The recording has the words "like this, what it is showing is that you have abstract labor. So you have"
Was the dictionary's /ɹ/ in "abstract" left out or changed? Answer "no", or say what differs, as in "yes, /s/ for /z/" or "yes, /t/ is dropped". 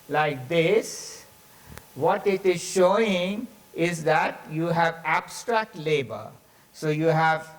no